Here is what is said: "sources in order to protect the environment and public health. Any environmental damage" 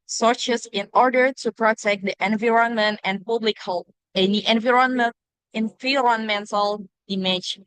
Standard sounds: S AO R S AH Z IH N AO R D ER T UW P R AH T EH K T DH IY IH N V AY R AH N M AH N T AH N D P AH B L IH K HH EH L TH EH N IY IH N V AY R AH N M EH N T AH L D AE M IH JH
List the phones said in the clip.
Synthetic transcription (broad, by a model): S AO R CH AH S IH N AO R D ER T UW P R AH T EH K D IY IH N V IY R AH N M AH N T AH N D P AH B L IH K HH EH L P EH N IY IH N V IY R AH N M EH N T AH L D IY M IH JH